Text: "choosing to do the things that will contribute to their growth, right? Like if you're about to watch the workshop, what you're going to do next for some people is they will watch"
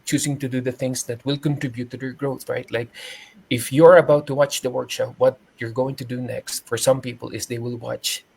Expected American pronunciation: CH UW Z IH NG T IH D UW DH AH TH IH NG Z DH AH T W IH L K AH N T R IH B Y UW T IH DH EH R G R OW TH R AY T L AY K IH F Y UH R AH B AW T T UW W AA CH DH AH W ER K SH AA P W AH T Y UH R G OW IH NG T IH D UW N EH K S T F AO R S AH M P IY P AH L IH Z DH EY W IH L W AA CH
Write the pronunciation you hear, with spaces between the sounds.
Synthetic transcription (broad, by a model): CH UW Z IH NG T IH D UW DH AH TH IH NG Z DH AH T W IH L K AH N T R IH B Y UW T IH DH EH R G R OW TH R AY T L AY K IH F Y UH R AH B AW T T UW W AA CH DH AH W ER K SH AA P W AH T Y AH R G OW IH NG T IH D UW N EH K S T F AO R S AH M P IY P AH L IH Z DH EY W IH L W AA CH